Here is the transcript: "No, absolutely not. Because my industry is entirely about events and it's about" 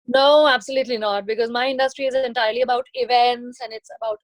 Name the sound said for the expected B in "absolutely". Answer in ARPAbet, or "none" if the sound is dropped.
B